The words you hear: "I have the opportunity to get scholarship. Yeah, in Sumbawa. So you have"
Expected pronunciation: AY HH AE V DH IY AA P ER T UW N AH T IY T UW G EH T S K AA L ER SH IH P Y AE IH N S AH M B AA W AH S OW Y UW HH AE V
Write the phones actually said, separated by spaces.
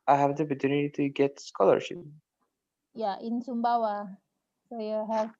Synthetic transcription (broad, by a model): AY HH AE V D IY AA P ER T UW N AH T IY T UW G EH T S K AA L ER SH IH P Y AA IH N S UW M B AA W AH S OW Y UW HH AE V